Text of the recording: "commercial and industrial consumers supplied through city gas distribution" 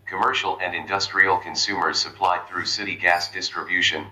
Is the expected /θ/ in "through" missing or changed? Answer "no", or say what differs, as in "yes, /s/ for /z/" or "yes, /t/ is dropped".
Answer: no